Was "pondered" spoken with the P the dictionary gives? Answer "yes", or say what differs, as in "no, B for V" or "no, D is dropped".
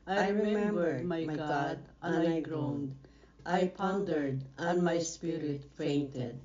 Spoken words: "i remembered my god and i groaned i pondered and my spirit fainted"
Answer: yes